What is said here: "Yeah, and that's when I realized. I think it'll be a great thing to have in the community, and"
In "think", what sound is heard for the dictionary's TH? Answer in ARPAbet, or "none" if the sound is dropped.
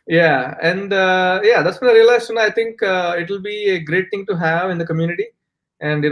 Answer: T